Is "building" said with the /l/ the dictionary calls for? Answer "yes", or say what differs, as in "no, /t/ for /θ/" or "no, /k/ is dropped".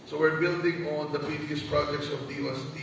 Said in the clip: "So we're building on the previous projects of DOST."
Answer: yes